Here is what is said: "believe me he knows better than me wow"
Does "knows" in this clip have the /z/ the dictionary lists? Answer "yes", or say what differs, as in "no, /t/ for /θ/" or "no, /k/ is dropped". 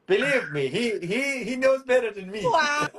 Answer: yes